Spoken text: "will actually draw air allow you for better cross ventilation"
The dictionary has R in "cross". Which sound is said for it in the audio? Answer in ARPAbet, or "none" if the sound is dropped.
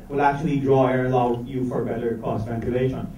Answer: none